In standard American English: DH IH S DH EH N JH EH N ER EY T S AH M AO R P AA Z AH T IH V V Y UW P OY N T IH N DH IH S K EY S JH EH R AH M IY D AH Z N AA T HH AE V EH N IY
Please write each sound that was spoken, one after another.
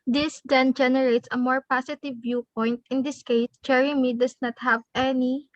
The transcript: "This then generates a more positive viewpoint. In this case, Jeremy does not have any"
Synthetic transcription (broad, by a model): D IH S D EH N JH EH N ER EY T S AH M AO R P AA S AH T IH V V Y UW P OY N T IH N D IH S K EY S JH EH R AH M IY D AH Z N AA T HH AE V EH N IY